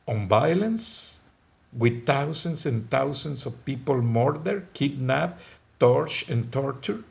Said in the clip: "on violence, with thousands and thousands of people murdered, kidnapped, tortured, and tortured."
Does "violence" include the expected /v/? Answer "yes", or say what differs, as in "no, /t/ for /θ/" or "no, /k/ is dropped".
no, /b/ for /v/